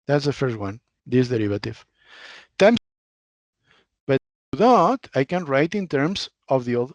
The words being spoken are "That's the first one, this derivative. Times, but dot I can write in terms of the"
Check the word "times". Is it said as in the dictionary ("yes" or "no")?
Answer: no